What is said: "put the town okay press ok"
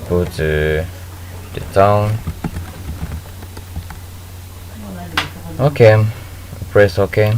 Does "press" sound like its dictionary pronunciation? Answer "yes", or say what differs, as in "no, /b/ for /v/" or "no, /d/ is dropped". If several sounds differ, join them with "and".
yes